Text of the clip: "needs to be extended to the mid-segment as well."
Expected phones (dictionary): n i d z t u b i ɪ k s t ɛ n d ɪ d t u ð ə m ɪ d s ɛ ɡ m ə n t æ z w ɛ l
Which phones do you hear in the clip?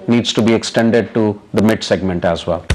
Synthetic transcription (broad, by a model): n i d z t u b i ɪ k s t ɛ n d ɪ d t u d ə m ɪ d s ɛ ɡ m ə n t æ z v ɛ l